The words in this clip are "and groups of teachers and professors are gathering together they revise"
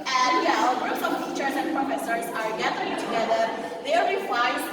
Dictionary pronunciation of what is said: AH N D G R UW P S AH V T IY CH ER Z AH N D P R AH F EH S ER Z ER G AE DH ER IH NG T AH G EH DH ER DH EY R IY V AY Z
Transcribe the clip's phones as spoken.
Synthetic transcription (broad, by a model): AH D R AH S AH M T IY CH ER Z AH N P R AH F EH S ER Z ER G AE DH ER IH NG T AH G EH DH ER DH EY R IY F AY